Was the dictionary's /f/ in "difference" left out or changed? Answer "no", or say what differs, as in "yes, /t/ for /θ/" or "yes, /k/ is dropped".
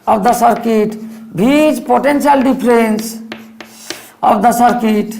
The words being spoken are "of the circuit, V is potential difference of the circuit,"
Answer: yes, /p/ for /f/